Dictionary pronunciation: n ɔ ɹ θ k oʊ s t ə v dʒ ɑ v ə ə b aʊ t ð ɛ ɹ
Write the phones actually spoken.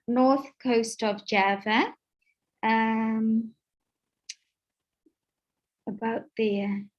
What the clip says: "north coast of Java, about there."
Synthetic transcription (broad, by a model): n ɔ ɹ θ k oʊ s t ə v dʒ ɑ v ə ə b aʊ t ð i